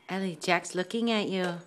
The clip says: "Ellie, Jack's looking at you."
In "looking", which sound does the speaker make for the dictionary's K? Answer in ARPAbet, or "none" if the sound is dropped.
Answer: K